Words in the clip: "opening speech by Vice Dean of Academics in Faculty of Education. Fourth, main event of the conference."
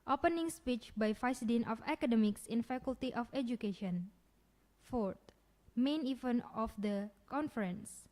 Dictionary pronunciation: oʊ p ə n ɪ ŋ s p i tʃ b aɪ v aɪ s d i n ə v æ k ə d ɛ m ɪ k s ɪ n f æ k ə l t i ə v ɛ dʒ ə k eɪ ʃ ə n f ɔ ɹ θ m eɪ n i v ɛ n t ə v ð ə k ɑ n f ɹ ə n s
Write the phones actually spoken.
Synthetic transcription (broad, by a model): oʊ p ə n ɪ ŋ s p i tʃ b aɪ f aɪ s d i n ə f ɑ k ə d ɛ m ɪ k s ɪ n f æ k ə l t i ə f ɛ dʒ ə k eɪ ʃ ə n f ɔ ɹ t m eɪ n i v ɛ n ə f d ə k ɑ n f ɹ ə n s